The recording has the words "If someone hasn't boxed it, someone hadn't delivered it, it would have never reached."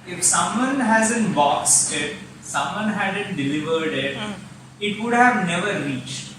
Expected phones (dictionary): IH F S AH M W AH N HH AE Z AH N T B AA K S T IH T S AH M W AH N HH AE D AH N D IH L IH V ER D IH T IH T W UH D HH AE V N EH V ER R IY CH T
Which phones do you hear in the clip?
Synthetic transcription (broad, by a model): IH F S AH M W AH N HH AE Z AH N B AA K S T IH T S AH M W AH N HH AE D AH N D IH L IH V ER D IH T IH T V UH D HH AE V N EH V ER R IY CH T